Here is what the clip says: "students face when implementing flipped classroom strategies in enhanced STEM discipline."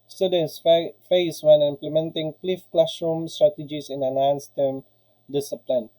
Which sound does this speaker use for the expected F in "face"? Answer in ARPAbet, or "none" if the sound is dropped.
F